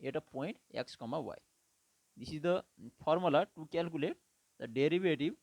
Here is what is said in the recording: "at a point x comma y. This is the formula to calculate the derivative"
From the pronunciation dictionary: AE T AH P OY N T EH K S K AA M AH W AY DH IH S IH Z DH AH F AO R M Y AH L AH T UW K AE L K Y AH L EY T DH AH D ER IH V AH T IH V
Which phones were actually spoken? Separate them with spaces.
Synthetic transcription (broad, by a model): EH T AH P OY N T EH K S K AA M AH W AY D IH S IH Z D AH P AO R M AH L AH T UW K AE L K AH L EY T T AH D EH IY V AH T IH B